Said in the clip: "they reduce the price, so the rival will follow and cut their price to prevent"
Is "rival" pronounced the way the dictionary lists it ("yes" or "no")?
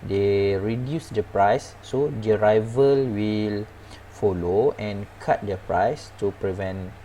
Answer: yes